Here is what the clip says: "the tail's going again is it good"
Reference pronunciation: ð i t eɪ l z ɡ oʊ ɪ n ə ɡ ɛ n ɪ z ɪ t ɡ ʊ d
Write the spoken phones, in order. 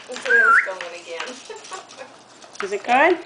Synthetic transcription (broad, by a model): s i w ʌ z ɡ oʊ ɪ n ə ɡ ɛ n ɪ z ɪ t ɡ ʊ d